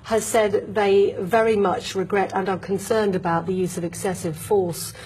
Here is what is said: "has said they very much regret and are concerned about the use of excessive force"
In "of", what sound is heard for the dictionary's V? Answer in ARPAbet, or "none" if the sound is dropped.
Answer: V